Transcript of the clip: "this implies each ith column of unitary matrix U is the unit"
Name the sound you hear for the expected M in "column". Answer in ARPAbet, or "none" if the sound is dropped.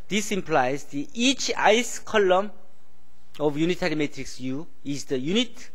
M